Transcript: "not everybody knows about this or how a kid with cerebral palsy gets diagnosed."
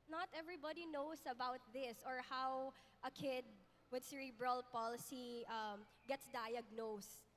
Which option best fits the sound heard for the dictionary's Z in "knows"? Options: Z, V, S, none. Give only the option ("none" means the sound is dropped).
S